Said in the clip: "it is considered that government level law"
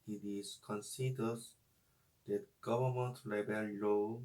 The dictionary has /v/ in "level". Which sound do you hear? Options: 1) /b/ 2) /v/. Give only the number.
1